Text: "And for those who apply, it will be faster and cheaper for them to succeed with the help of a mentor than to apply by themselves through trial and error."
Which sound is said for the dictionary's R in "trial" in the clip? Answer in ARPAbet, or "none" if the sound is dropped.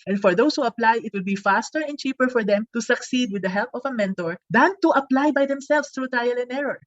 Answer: none